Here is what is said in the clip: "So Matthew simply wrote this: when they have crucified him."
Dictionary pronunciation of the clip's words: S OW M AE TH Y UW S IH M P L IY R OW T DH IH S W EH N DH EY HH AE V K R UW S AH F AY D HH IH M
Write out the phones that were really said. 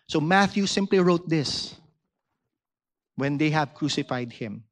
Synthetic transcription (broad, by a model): S OW M AE TH Y UW S IH M P L IY R OW T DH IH S W EH N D EY HH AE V K R UW S AH F AY D HH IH M